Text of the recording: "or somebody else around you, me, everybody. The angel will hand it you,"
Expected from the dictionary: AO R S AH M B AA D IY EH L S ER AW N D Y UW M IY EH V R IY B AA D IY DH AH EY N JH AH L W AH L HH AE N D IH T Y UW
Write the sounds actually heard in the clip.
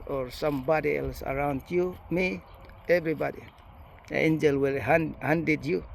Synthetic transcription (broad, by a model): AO R S AH M B AA D IY EH L S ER AW N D Y UW M IY EH V R IY B AA D IY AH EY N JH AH L W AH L HH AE N D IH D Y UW